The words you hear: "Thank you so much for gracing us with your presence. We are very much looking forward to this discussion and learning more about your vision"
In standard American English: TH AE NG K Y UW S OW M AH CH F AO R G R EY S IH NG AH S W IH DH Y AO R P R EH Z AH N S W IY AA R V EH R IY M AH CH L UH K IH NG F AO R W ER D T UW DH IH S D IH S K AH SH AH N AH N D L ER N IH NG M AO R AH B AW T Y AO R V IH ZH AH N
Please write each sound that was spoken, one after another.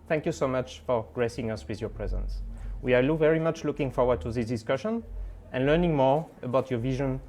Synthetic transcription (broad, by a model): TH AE NG K Y UW S OW M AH CH F AO R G R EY S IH NG AH S W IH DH Y AO R P R EH Z AH N S W IY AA L V EH R IY M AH CH L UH K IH NG F AO R W ER D T UW DH IH S D IH S K AH SH AH N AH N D L ER N IH NG M AO R AH B AW T Y AO R V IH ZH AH N